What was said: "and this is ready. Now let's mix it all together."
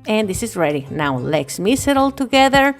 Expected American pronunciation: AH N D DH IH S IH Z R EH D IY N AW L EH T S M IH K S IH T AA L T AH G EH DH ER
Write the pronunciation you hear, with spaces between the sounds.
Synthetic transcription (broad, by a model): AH N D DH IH S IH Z R EH D IY N AW L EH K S M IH S IH T AA L T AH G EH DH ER